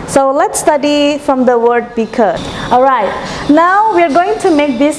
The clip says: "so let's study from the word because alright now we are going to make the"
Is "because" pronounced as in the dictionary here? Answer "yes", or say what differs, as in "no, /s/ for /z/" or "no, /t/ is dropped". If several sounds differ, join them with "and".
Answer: no, /z/ is dropped